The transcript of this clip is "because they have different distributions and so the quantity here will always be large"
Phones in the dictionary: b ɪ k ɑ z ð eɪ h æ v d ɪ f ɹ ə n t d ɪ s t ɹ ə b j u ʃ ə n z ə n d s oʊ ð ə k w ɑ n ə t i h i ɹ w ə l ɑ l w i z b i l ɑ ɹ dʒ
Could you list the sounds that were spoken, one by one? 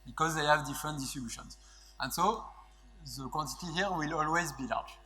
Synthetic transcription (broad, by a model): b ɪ k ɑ z ð eɪ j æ v d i f ɹ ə n t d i s t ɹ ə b j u ʃ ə n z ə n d s oʊ ð ə k w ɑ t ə t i h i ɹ w ə l ɑ l w i z b i l ɑ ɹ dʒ